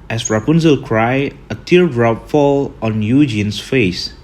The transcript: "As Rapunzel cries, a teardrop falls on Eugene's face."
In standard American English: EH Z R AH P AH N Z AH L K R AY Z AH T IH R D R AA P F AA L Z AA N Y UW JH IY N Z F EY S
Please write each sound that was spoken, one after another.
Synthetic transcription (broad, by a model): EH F R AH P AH N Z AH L K R AY AH T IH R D R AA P F AA L AA N Y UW JH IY N S F EY S